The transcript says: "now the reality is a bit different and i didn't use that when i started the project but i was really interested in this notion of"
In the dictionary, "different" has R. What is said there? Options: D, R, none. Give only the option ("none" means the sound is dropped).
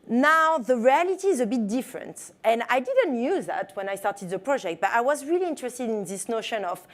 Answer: R